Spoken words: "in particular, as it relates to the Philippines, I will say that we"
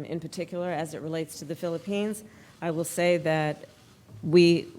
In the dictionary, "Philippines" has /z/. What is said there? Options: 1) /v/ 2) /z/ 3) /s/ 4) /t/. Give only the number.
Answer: 2